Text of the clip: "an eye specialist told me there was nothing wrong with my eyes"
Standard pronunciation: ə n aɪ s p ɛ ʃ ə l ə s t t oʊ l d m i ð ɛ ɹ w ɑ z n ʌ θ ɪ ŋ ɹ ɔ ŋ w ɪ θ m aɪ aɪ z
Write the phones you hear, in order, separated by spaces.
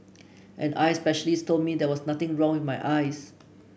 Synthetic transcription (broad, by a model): ə n aɪ s p ɛ ʃ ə l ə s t t oʊ l d m i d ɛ w ɑ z n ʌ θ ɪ ŋ ɹ ɔ ŋ w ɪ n m aɪ aɪ s